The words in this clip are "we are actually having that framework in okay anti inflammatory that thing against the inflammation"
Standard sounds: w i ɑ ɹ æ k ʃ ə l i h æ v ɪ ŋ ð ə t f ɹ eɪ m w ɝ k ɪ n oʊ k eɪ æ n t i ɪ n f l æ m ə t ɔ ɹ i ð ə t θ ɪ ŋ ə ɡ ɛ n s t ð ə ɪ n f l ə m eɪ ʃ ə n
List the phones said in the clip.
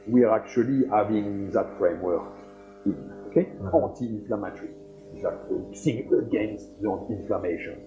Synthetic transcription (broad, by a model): w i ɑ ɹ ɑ k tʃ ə l i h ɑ v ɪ ŋ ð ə t f ɹ eɪ m w ɝ k ɪ n oʊ k eɪ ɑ n t i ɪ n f l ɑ m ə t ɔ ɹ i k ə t s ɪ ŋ ə ɡ ɛ n s t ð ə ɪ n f l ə m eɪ ʃ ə n